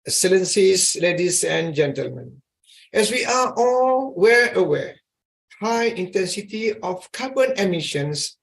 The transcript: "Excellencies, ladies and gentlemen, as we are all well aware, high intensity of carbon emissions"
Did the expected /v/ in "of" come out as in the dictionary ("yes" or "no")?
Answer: no